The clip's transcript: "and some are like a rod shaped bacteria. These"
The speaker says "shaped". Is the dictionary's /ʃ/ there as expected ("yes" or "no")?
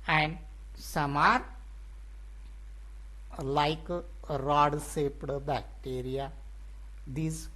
no